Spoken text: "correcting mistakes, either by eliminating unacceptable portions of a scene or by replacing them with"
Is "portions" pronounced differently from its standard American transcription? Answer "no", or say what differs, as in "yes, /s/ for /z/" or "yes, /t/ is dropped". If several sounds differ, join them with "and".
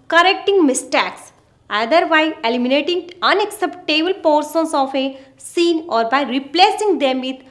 yes, /s/ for /ʃ/ and /s/ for /z/